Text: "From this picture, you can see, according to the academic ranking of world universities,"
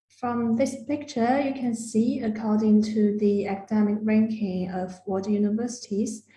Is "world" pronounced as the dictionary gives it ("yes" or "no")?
no